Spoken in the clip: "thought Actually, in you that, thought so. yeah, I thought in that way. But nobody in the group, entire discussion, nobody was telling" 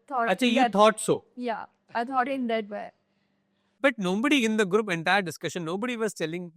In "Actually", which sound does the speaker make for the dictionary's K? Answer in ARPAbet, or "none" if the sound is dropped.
none